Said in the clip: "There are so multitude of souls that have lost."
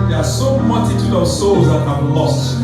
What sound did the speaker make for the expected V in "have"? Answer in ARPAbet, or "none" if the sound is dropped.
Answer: B